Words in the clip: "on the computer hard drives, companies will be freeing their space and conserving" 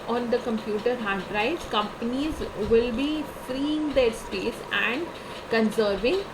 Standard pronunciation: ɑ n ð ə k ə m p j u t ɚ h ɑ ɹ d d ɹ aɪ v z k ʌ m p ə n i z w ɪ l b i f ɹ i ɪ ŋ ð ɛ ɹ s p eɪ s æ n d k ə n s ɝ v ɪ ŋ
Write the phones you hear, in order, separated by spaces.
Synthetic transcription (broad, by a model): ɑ n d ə k ə m p j u t ɚ h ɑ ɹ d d ɹ aɪ z k ʌ m p ə n i z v ɪ l b i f ɹ i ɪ ŋ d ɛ ɹ s p eɪ s æ n d k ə n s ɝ v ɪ ŋ